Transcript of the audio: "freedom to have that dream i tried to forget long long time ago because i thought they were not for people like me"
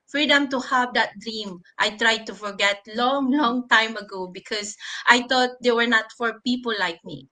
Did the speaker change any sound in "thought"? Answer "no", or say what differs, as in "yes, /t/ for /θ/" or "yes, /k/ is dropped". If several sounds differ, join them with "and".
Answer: yes, /t/ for /θ/